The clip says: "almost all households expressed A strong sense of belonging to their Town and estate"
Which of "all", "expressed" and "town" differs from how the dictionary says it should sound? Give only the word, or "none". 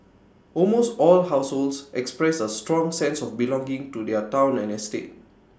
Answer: expressed